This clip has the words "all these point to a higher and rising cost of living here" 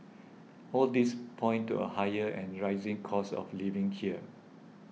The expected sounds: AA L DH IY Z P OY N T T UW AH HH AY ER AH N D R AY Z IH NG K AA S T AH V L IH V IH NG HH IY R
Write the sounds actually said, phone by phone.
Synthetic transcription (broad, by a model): AA L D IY S P OY N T T UW AH HH AY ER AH N R AY Z IH NG K AA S AH F L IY V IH NG HH IY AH